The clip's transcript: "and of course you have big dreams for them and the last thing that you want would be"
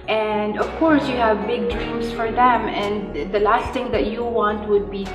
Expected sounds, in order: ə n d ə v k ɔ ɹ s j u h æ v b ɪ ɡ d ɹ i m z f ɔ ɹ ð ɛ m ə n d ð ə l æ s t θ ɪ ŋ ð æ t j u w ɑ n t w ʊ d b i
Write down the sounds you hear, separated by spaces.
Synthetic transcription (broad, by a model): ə n d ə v k ɔ ɹ s j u h æ v b ɪ ɡ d ɹ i m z f ɔ ɹ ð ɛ m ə n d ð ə l æ s t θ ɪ ŋ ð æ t j u w ɑ n t w ʊ d b i